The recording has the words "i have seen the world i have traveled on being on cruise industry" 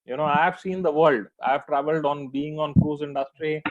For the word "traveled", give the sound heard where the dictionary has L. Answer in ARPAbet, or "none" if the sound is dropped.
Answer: L